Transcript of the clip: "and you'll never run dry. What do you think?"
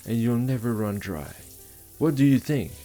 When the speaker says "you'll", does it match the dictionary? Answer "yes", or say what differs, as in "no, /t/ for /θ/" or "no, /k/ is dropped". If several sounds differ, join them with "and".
yes